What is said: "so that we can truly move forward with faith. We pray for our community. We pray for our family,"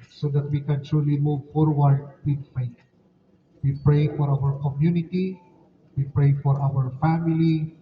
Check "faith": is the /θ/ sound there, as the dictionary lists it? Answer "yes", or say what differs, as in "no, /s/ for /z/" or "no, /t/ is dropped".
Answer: no, /t/ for /θ/